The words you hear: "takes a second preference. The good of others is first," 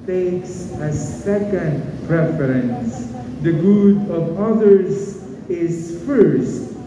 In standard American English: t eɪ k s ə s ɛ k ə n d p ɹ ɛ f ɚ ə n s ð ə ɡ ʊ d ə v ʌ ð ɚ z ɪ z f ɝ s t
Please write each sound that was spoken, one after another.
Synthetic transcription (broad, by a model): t eɪ k s ə s ɛ k ə n d p ɹ ɛ f ɚ ə n s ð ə ɡ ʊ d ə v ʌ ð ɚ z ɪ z f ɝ s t